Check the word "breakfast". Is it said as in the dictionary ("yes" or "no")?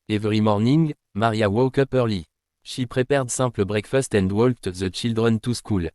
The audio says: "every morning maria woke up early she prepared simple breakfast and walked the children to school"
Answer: yes